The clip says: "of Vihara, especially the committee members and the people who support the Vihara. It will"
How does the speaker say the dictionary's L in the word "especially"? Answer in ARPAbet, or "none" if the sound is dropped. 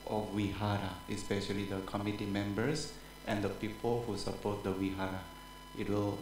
L